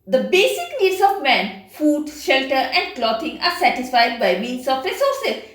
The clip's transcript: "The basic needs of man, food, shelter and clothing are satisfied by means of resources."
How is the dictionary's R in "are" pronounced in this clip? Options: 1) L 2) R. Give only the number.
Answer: 2